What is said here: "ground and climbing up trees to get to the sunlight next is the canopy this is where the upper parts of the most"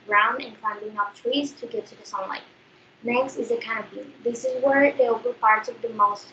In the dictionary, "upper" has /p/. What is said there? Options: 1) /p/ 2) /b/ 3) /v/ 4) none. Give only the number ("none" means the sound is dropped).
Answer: 2